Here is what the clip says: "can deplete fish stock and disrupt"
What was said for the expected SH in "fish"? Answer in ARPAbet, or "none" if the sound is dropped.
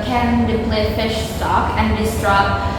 SH